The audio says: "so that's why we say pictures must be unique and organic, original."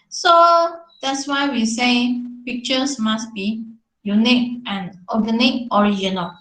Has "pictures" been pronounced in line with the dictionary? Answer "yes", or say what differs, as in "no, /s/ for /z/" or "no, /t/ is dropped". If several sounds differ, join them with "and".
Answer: no, /s/ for /z/